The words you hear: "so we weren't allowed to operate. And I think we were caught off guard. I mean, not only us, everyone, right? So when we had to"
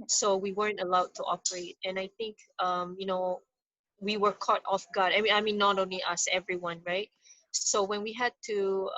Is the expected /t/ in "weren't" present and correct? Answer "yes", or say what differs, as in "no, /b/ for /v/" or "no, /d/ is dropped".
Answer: yes